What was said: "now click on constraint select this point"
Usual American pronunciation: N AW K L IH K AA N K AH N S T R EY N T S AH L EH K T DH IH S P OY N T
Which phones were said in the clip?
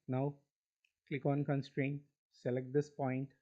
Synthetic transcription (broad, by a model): N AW K L IH K AA N K AH N S T R EY N T S AH L EH K T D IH S P OY N T